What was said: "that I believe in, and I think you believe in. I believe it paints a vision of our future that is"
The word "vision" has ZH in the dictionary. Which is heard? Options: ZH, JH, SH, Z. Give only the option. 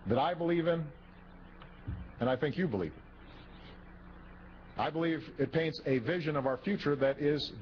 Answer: ZH